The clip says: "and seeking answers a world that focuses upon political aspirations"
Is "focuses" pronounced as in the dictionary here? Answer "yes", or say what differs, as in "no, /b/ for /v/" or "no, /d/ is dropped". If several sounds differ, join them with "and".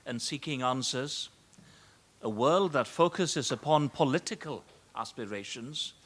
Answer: yes